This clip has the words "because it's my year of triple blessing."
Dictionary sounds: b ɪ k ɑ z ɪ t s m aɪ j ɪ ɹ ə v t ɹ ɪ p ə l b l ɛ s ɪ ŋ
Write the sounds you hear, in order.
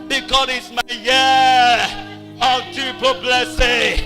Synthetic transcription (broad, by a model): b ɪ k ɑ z ɪ t s m aɪ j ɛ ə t u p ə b l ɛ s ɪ